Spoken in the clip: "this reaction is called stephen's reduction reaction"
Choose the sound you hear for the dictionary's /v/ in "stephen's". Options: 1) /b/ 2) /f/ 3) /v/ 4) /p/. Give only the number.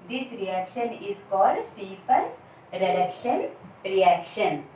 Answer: 2